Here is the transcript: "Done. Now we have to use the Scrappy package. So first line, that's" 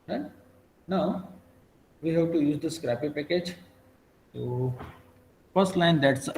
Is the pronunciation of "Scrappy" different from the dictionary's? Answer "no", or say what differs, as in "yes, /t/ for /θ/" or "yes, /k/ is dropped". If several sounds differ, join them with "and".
no